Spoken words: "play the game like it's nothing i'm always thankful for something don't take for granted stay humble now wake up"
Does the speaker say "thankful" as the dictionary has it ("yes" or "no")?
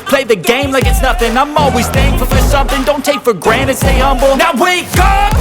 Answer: no